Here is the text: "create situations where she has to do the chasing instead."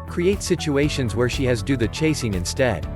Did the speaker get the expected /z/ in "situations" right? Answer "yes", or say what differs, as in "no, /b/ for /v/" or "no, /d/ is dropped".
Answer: yes